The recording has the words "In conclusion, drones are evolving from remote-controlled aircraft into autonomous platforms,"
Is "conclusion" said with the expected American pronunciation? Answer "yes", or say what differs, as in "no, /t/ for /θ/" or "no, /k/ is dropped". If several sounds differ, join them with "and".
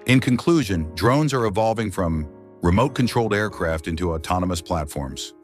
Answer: yes